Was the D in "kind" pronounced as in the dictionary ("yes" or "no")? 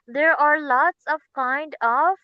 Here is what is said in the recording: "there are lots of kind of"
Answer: yes